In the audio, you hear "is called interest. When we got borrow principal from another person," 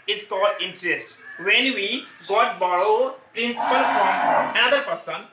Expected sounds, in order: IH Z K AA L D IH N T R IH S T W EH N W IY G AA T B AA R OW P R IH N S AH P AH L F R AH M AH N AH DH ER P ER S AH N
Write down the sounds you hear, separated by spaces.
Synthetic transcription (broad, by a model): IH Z K AA L D IH N T R IH S T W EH N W IY G AA T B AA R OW P R IH N S AH P AH L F R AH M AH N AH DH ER P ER S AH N